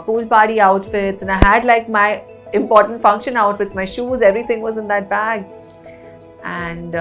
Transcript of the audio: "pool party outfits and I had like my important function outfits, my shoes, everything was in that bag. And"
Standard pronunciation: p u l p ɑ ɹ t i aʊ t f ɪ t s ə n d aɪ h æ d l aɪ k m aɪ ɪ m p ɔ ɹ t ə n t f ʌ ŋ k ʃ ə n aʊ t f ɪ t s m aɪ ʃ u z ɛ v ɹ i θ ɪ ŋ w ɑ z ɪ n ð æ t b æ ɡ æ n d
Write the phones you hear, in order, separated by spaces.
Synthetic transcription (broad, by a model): p u l p ɑ ɹ t i aʊ t f ɪ t s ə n aɪ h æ d l aɪ k m aɪ ɪ m p ɔ ɹ t ə n t f ʌ ŋ k ʃ ə n aʊ t f ɪ t s m aɪ ʃ u z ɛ v ɹ i t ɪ ŋ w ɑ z ɪ n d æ t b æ ɡ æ n d